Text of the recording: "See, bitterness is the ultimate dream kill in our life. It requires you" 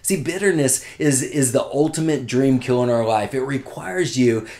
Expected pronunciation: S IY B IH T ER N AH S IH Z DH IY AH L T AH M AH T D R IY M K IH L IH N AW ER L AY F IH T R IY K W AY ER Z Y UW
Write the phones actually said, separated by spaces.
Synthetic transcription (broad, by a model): S IY B IH T ER N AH S IH Z DH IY AH L T AH M AH T D R IY M K IH L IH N AW ER L AY F IH T R IY K W AY ER Z Y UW